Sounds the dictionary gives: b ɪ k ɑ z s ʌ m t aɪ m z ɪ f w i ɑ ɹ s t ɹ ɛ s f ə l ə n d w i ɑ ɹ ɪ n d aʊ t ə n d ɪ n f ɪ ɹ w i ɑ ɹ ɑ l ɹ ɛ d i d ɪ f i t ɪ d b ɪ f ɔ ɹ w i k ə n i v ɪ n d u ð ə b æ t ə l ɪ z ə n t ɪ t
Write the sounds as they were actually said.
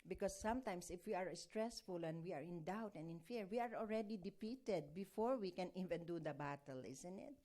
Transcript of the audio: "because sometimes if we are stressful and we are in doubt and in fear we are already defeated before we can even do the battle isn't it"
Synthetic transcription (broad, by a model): b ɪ k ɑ s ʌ m t aɪ m s ɪ f w i ɑ ɹ s t ɹ ɛ s f ə l ə n d w i ɑ ɹ ɪ n d aʊ t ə n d ɪ n f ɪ ɹ w i ɑ ɹ ɑ l ɹ ɛ d i d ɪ p i t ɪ d b ɪ f ɔ ɹ w i k ə n i v ɪ n d u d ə b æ t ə l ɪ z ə n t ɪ t